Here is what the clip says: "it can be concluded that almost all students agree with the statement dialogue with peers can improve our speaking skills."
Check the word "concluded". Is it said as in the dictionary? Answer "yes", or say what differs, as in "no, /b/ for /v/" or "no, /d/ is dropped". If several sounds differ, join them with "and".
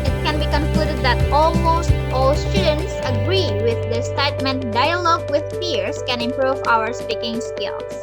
yes